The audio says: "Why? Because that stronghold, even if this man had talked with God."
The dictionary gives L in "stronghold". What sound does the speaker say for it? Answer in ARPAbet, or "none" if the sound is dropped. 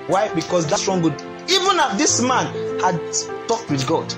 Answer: none